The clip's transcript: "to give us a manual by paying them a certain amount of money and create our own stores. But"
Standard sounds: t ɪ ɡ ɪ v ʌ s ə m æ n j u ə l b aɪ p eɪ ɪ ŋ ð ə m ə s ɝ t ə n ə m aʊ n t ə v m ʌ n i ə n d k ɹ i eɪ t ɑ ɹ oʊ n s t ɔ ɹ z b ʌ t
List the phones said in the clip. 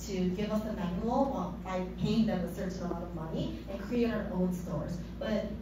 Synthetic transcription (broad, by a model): t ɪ ɡ ɪ v ʌ s ə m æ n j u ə l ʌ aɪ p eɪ ɪ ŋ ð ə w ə s ɝ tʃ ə ə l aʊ t ə v m ʌ n i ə n k ɹ i eɪ t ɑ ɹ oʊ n s t ɔ ɹ z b ʌ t